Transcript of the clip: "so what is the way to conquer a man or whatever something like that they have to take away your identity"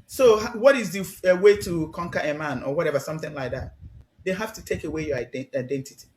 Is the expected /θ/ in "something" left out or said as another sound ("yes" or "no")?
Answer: no